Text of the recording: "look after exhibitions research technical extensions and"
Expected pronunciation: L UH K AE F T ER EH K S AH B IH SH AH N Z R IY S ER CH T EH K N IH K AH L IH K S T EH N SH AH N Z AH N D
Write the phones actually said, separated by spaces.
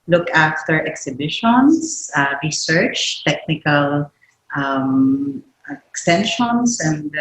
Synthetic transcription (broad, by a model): L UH K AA F T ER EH K S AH B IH SH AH N S R IY S ER CH T EH K N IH K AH L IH K S T EH N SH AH N S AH N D